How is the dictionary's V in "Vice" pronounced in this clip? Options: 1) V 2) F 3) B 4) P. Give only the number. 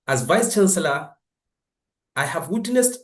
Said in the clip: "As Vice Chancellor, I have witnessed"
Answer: 1